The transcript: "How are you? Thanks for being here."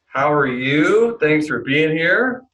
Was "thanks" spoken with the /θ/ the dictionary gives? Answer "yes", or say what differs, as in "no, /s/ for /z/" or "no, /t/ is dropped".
yes